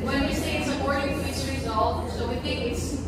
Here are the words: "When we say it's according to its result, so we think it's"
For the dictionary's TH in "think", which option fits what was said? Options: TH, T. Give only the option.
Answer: TH